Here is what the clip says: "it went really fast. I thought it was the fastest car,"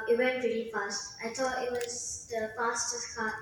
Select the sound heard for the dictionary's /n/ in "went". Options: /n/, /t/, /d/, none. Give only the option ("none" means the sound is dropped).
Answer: /n/